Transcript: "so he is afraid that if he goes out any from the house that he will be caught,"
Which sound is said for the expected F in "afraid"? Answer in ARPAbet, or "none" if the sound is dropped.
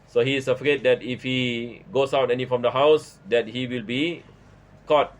F